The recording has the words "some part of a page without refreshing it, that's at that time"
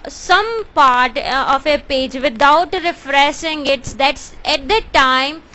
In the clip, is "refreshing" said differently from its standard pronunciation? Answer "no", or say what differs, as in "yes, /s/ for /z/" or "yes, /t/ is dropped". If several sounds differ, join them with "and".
yes, /s/ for /ʃ/